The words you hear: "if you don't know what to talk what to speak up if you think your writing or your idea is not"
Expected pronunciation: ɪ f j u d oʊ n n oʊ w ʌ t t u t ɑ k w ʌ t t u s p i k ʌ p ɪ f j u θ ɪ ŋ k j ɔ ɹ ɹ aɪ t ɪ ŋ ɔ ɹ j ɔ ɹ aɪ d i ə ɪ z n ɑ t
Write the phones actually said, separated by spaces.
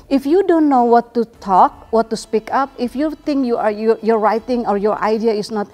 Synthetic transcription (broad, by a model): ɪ f j u d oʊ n n oʊ w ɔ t t u t ɑ k w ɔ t t u s p i k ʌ p ɪ f j u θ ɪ ŋ k j ɔ ɹ ɹ aɪ t ɪ ŋ ɔ ɹ j ɔ ɹ aɪ d i ə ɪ s n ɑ t